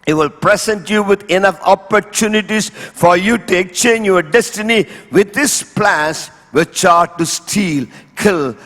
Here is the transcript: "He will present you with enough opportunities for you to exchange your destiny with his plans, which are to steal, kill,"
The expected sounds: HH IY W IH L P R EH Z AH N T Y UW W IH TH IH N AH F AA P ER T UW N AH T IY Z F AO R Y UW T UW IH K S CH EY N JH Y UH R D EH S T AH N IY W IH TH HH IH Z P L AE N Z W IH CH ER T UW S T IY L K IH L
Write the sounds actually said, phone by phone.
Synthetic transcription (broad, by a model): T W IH L P R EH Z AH N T Y UW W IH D IH N AH F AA P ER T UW N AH T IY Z F AO R Y UW T UW IH K S CH EY N JH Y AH R D EH S T AH N IY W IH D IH S P L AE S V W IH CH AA T UW S T IY L K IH L